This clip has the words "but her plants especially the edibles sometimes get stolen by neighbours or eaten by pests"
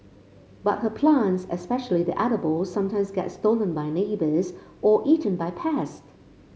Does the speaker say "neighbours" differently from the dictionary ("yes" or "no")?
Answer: no